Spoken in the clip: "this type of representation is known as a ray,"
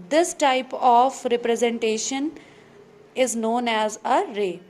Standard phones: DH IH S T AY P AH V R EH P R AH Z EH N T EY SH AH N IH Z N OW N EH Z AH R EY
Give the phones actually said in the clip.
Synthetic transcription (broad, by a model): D IH S T AY P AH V R EH P R AH Z EH N T EY SH AH N IH Z N OW N EH Z AH R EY